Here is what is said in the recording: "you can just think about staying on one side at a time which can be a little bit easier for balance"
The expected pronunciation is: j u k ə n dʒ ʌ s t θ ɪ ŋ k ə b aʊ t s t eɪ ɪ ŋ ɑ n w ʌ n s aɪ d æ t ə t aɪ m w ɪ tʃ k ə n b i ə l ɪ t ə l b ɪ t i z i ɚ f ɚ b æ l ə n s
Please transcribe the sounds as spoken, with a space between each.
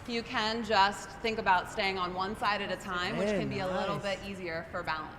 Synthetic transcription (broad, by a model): j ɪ k ə n dʒ ʌ s t θ ɪ ŋ k ə b aʊ t s t eɪ ɪ ŋ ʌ n w ʌ n s aɪ d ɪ t ə t aɪ m w ɪ tʃ k ə n b i ə l ɪ t l b ɪ t i z i ɚ f ɚ b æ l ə n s